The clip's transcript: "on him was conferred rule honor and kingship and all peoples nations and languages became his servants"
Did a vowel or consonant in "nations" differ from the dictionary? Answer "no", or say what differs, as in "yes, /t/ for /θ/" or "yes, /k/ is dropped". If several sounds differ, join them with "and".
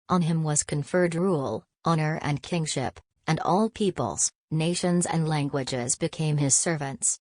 no